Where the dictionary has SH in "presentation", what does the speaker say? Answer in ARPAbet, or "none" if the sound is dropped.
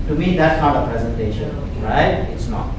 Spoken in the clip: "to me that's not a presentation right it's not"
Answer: SH